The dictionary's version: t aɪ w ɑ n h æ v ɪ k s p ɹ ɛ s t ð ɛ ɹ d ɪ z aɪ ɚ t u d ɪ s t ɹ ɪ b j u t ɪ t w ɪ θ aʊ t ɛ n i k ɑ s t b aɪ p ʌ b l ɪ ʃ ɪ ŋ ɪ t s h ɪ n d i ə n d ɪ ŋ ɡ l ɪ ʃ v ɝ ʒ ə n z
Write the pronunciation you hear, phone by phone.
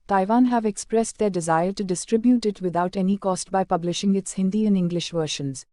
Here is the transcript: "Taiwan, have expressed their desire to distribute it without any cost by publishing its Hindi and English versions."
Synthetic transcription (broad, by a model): t aɪ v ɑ n h æ v ɪ k s p ɹ ɛ s t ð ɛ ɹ d ɪ z aɪ ɚ t u d ɪ s t ɹ ɪ b j u t ɪ t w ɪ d aʊ t ɛ n i k ɑ s t b aɪ p ʌ b l ɪ ʃ ɪ ŋ ɪ t s h ɪ n d i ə n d ɪ ŋ ɡ l ɪ ʃ v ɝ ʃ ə n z